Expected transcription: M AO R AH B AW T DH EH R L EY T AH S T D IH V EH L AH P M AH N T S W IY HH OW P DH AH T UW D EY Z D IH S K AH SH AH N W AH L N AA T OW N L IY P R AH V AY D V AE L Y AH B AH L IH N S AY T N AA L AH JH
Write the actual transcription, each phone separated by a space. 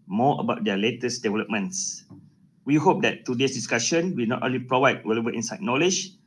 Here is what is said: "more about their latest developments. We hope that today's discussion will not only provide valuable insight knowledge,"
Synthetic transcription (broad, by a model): M AO AH B AW T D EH L EY T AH S D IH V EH L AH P M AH N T S W IY HH OW P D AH T UW D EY S D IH S K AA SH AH N W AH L N AA T OW N L IY P R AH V AY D W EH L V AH AH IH N S AY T N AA L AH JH